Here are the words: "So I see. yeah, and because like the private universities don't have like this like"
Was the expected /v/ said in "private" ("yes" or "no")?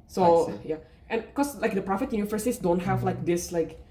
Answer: no